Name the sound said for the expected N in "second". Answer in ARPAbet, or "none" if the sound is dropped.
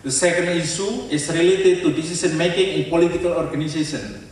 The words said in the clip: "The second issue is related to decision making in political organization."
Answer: N